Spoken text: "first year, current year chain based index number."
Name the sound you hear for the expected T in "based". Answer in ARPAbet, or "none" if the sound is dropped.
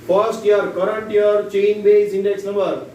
none